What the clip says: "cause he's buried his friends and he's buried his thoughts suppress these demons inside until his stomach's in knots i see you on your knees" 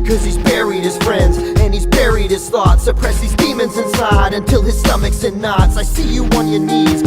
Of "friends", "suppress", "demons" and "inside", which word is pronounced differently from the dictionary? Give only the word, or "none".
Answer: none